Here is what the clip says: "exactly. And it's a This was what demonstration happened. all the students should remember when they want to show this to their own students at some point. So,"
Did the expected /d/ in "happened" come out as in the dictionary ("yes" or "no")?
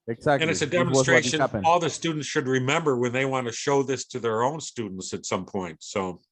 no